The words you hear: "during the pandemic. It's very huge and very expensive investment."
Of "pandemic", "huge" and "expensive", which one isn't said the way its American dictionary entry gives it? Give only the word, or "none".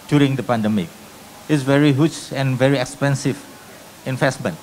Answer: huge